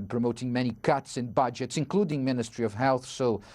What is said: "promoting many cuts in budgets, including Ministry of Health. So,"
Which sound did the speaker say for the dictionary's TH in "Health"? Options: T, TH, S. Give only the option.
TH